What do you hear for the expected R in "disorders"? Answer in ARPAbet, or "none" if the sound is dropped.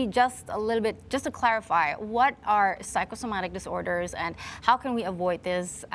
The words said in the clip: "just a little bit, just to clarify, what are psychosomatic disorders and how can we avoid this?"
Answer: R